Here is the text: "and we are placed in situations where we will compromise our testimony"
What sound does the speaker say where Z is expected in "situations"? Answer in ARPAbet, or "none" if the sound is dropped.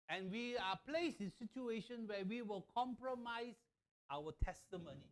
none